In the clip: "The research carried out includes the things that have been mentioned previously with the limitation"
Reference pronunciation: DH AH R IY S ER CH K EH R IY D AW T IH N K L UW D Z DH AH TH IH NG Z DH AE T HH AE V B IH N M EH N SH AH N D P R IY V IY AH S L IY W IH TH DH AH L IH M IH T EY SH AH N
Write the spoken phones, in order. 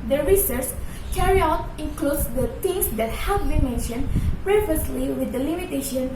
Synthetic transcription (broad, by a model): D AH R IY S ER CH K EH R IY AW T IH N K L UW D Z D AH T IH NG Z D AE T HH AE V B IH N M EH N SH AH N D P R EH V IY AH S L IY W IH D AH L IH M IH T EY SH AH N